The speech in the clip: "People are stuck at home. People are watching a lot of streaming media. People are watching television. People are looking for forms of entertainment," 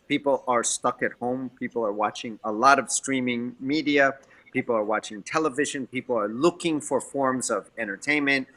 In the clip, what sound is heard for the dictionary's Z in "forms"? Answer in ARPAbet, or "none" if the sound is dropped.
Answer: Z